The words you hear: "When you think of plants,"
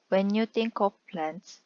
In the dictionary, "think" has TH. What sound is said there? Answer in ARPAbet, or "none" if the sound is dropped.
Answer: T